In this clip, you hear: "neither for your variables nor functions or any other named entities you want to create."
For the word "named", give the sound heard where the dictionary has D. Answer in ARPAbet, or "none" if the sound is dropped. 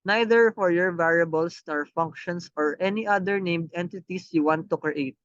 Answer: D